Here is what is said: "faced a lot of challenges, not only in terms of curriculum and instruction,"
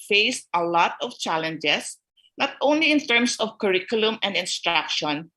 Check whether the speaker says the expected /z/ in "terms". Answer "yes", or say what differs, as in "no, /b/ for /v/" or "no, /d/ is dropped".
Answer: no, /s/ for /z/